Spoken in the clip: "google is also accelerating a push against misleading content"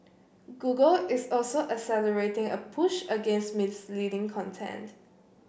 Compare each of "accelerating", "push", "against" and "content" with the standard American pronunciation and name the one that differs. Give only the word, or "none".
accelerating